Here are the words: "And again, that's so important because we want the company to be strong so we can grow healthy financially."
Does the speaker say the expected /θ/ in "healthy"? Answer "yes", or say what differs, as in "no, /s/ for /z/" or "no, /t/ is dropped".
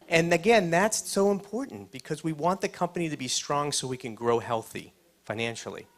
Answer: yes